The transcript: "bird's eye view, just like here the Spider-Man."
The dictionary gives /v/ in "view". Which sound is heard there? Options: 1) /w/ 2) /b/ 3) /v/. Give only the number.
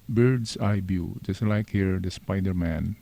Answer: 2